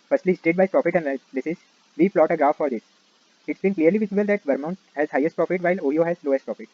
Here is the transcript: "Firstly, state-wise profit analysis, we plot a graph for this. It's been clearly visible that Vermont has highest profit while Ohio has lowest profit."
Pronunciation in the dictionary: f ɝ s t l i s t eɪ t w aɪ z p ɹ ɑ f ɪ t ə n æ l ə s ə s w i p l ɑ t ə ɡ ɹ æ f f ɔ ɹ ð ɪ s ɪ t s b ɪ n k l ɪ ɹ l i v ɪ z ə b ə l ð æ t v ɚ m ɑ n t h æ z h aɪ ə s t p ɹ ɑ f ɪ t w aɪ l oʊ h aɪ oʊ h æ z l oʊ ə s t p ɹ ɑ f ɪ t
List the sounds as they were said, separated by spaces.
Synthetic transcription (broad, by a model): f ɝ s t l i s t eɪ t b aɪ p ɹ ɑ f ɪ t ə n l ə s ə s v i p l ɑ t ə ɡ ɹ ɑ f f ɔ ɹ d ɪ s ɪ t s b ɪ n k l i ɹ l i v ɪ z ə b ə l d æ t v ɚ m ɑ n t h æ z h aɪ ə s t p ɹ ɑ f ɪ t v aɪ l oʊ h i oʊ h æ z l oʊ ə s t p ɹ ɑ f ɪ t